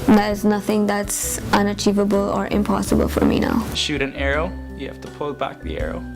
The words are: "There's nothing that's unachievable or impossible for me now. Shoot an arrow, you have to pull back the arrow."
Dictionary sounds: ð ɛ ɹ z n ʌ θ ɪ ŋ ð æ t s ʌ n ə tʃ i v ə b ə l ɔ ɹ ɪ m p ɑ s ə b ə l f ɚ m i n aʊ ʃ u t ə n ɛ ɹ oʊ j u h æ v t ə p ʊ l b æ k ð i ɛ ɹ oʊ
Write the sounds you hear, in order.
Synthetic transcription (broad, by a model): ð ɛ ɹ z n ʌ θ ɪ ŋ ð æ t s ʌ n ə tʃ i v ə b ə l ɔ ɹ ɪ m p ɑ s ə b ə l f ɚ m i n aʊ ʃ u t ə n ɛ ɹ oʊ j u h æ f t ə p ʊ l b æ k ð i ɛ ɹ oʊ